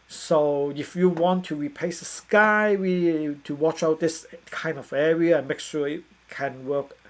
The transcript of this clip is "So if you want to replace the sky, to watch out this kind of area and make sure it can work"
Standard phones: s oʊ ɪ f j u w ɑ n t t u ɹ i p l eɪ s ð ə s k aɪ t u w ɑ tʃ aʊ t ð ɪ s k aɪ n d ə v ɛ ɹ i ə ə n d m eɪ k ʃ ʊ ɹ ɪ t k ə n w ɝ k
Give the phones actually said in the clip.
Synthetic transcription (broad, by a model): s oʊ ɪ f j u w ɑ n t t u ɹ i p l eɪ s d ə s k aɪ t u w ɑ tʃ aʊ t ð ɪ s k aɪ n d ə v ɛ ɹ i ə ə n m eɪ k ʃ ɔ ɪ t k ə n w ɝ k